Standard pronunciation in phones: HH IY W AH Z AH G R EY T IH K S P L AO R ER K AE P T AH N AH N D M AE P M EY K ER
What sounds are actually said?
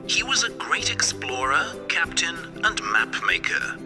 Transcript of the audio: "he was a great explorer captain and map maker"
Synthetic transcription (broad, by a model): HH IY W AH Z AH G R EY T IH K S P L AO R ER K AE P T AH N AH N M AE P M EY K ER